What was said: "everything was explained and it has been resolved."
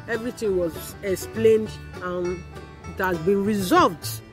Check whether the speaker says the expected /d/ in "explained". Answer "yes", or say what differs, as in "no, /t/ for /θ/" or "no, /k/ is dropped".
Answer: yes